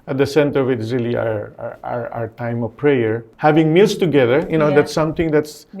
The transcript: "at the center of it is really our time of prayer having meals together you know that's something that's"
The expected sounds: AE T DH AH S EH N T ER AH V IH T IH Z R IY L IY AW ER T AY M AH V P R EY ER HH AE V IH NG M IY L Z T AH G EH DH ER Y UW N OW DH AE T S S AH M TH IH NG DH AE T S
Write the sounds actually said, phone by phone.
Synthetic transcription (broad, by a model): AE T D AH S EH N T ER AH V IH T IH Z R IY L IY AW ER T AY M AH V P R EY ER HH AE V IH NG M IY L S T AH G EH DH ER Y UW N OW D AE T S S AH M T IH NG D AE T S